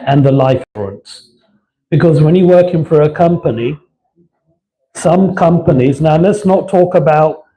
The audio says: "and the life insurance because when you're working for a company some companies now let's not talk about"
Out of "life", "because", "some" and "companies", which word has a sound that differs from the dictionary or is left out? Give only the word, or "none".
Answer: none